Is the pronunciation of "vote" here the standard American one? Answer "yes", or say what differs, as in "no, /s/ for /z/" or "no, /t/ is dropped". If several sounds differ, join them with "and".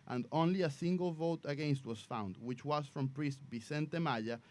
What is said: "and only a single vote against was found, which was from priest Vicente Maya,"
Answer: yes